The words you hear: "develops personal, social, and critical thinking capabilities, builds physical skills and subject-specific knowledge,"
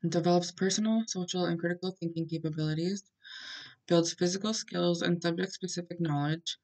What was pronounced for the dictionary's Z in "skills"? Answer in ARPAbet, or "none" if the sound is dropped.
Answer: Z